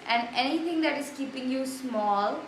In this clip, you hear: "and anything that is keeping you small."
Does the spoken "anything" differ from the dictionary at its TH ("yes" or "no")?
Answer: yes